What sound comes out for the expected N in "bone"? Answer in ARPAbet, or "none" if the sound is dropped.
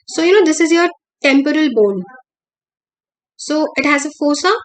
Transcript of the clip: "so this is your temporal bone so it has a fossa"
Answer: L